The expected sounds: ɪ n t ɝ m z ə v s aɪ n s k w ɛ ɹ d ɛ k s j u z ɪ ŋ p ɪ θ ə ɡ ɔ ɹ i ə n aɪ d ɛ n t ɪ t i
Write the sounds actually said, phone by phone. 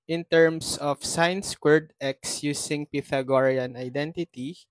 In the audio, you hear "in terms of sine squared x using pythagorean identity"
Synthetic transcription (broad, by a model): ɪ n t ɝ m s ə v s aɪ n s k w ɛ ɹ d ɛ k s j u s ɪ ŋ p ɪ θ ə ɡ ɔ ɹ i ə n aɪ d ɛ n t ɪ t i